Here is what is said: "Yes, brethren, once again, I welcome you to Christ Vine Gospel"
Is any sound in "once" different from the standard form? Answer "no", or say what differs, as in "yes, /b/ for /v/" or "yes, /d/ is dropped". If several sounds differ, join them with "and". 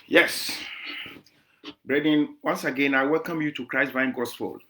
no